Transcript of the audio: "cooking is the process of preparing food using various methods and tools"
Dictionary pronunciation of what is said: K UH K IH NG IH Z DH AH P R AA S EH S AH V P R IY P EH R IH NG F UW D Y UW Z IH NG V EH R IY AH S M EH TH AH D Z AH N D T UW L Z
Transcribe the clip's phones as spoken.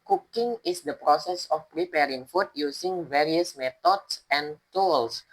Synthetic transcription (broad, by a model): K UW K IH NG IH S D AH P R AA S EH S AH F P R IY P EH R IH NG F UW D Y UW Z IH NG V EH R IY AH S M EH T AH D S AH N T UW L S